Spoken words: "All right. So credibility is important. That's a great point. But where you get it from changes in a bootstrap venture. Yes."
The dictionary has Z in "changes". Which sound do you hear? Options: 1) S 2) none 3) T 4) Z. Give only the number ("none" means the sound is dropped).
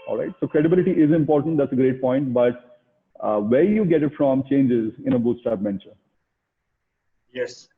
4